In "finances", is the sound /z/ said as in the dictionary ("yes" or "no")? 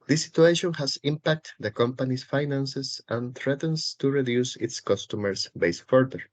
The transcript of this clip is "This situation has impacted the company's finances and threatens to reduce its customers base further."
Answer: no